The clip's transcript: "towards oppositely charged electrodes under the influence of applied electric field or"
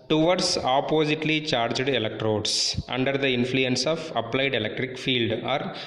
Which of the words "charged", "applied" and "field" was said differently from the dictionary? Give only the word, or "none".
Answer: none